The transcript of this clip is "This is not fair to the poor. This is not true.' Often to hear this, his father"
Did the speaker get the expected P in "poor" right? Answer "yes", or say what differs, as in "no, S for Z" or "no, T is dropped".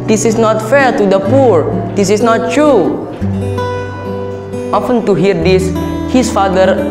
yes